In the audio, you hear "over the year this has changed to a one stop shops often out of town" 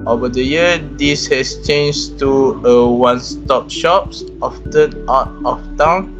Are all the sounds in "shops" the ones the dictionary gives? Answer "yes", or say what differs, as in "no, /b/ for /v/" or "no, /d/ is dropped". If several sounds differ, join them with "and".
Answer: yes